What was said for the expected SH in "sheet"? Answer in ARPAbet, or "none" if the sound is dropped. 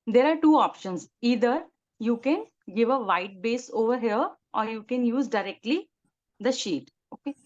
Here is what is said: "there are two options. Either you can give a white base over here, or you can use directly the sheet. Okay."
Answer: SH